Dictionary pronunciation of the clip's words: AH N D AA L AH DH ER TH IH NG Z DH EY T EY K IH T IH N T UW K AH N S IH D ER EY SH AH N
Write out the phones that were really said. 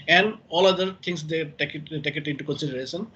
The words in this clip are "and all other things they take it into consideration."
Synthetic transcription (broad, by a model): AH N D AA L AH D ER T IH NG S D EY T EY K IH T IH N T UW K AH N S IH D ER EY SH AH N